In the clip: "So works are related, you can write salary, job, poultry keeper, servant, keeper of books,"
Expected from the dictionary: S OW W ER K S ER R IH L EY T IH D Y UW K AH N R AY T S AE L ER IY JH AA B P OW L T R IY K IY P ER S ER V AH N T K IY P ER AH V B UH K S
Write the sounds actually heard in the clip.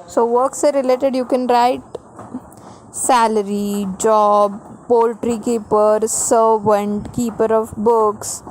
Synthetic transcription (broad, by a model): S OW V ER K S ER R IH L EY T IH D Y UW K AH N R AY T S AE L ER IY JH AA B P OW L T R IY K IY P ER S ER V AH N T K IY P ER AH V B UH K S